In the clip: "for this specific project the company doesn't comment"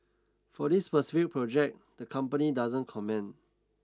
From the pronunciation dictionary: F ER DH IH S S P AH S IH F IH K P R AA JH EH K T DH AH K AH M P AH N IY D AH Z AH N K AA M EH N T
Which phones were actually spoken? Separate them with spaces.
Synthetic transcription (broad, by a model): F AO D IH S S P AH S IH F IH K P R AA JH EH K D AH K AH M P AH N IY D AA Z AH N K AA M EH N